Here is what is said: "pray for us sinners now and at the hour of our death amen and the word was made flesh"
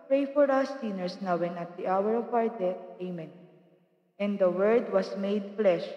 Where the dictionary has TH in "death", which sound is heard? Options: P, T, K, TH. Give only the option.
T